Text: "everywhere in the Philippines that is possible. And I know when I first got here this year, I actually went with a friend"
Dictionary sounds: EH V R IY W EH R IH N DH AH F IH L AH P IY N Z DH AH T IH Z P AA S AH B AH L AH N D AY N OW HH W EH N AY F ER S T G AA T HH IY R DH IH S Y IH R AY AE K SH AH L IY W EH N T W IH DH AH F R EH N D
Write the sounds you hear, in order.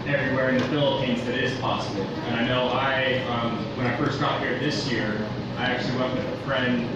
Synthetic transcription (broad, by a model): EH V R IY W EH R IH N DH AH F IH L AH P IY N Z DH AH T IH Z P AA S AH B L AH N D AY N OW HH W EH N AY F ER S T G AA T HH IY R DH IH S Y IH R AY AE K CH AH L IY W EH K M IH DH AH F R EH N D